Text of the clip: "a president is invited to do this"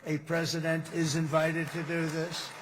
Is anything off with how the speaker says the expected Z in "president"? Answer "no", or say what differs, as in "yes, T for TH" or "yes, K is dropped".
no